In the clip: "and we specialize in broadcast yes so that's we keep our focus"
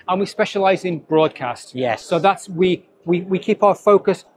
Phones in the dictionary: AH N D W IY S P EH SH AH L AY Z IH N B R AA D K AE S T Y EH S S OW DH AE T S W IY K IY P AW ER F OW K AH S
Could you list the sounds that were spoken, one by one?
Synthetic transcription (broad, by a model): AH N W IY S P EH SH AH L AY Z IH N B R AA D K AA S T Y EH S S OW DH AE T S W IY K IY P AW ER F OW K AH S